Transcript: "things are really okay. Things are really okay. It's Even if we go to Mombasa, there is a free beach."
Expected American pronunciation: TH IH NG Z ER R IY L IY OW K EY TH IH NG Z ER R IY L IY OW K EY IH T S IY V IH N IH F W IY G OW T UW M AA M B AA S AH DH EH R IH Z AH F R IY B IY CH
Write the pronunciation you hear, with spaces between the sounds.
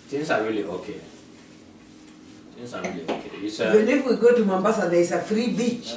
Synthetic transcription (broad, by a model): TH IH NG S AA R IY L IY OW K EY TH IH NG S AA R IY L IY OW K EY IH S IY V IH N IH F W IY G OW T UW M AA M B AA S AH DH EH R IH S AH F R IY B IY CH